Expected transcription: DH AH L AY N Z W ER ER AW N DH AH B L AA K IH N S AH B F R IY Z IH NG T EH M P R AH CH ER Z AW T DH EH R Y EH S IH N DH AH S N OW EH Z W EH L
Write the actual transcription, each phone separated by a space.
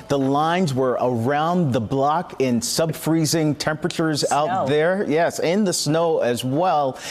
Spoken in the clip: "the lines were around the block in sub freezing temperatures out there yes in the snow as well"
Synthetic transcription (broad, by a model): DH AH L AY N Z W ER ER AW N DH AH B L AA K IH N S AH B F R IY Z IH NG T EH M P R AH CH ER Z AW T DH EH R Y EH S IH N DH AH S N OW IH Z W EH L